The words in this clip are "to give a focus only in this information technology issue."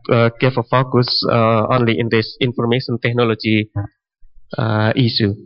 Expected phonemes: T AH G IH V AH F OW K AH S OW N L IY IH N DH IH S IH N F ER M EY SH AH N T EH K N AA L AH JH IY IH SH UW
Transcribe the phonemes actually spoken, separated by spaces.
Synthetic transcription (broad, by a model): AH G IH F AH F OW K AH S OW N L IY IH N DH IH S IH N F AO M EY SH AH N T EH K N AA L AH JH IY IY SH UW